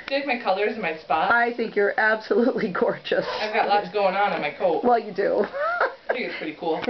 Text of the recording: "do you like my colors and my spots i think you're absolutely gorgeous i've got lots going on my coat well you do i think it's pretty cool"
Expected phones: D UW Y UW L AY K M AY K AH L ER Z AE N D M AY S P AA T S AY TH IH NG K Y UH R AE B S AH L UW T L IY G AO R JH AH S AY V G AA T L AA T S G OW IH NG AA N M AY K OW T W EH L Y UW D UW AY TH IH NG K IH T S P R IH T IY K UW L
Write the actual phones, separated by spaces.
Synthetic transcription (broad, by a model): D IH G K M AY K AH L ER Z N M AY S P AA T AY TH IH NG K Y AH R AE B S AH L UW T L IY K AO R CH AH S AY V G AA T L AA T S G OW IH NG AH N M AY K OW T W EH L Y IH D UW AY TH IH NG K IH T S P R IH T IY K UW L